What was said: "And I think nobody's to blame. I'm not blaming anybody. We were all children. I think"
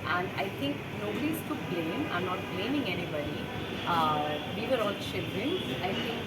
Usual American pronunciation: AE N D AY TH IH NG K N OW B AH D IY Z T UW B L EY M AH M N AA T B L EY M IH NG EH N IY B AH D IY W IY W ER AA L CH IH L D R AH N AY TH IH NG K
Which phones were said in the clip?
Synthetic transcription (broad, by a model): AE N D AY T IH NG K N OW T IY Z T UW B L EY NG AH N AA T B L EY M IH NG EH N IY B AH D IY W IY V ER AA L SH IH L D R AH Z AY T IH NG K